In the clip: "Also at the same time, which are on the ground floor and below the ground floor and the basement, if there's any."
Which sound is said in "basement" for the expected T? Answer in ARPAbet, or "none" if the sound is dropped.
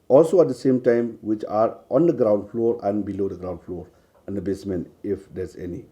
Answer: none